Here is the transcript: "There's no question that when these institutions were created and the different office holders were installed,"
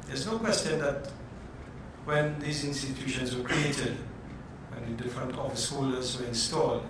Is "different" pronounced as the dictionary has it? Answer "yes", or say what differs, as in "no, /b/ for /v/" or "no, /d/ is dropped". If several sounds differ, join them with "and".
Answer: yes